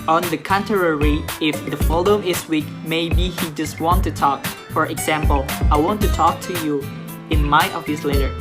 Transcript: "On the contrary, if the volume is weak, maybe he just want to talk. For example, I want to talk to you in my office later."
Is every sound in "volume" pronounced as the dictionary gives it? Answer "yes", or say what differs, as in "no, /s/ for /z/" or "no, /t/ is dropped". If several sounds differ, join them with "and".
no, /f/ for /v/